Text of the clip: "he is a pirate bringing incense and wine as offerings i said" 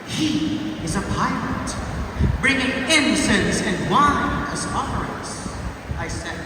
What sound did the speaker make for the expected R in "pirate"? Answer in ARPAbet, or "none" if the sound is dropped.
L